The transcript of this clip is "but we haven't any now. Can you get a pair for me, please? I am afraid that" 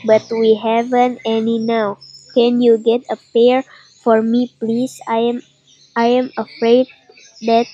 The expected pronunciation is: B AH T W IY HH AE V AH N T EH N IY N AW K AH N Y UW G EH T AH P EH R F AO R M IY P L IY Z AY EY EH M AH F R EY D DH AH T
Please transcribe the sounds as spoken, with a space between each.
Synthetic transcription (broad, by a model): B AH T W IY HH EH V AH N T EH N IY N AW K AH N Y UW G EH T AH P EH R F AO R M IY P L IY S AY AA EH M AH F R EY D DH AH T